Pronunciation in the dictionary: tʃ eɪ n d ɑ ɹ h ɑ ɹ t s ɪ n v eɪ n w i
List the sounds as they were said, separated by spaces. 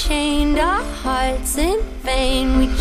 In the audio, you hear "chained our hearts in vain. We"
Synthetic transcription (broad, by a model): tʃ eɪ n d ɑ h ɑ ɹ t s ɪ n f eɪ n w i